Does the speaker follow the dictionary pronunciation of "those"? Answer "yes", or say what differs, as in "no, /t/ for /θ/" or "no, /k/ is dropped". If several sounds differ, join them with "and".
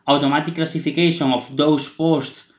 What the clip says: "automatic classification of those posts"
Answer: no, /s/ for /z/